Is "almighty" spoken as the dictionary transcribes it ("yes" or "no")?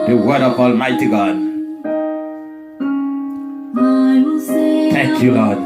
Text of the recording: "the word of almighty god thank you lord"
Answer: yes